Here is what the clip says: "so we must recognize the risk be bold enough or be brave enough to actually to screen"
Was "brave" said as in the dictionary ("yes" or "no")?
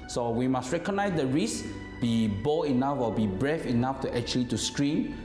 no